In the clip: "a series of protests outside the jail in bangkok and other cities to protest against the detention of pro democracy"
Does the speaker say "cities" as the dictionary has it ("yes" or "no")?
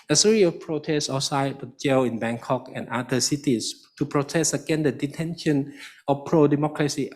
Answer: no